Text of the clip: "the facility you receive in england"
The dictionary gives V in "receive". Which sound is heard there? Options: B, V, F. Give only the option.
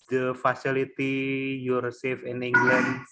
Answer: F